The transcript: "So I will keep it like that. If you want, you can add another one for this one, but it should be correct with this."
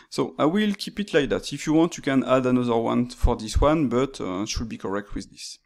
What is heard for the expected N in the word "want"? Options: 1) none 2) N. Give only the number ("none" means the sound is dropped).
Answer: 2